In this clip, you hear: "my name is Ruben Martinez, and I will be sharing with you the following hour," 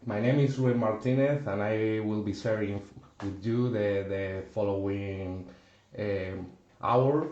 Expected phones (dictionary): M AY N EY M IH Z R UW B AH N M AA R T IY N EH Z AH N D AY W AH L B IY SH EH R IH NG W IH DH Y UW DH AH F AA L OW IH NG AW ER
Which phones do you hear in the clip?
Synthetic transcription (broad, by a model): M AY N EY M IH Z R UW AH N M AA R T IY N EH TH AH N AY W AH L B IY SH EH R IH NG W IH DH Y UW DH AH F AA L OW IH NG AW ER